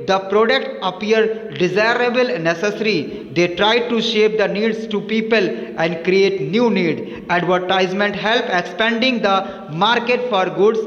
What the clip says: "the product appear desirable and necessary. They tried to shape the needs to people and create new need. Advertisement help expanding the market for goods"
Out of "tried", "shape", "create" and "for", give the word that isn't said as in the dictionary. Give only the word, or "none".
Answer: none